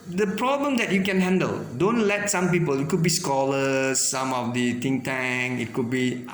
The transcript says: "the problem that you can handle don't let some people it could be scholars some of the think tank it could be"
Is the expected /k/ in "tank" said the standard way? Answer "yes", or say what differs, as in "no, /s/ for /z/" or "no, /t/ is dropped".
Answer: no, /k/ is dropped